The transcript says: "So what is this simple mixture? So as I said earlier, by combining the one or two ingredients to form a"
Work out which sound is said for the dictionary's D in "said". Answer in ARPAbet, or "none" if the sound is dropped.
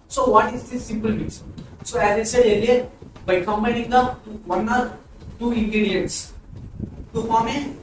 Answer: none